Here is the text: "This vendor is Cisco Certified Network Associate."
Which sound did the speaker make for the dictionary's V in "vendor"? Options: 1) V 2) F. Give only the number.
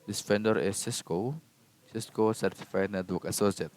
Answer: 2